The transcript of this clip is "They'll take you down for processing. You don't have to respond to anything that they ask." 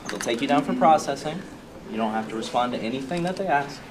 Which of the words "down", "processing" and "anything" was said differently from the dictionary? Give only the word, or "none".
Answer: none